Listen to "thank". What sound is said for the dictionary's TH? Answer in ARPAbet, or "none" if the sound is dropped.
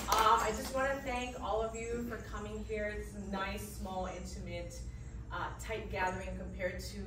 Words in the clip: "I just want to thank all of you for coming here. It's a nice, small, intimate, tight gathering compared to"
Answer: TH